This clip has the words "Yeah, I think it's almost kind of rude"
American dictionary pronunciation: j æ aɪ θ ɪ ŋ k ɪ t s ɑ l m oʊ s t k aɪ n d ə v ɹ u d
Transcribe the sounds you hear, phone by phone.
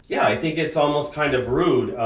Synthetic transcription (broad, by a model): j æ aɪ θ ɪ ŋ k ɪ t s ɑ l m oʊ s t k aɪ n d ə v ɹ u d